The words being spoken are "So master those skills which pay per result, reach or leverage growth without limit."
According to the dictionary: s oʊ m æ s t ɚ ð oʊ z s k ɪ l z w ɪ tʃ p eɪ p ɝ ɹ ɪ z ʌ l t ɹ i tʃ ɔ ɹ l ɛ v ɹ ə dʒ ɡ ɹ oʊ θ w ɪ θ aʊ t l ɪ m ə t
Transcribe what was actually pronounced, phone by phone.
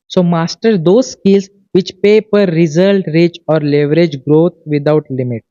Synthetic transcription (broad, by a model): s oʊ m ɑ s t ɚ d oʊ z s k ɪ l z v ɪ tʃ p eɪ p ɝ ɹ ɪ z ʌ l t ɹ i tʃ ɔ ɹ l ɛ v ɹ ə dʒ ɡ ɹ oʊ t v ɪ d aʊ t l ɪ m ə t